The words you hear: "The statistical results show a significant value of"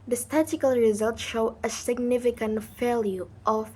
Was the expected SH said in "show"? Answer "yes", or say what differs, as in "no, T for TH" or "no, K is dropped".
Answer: yes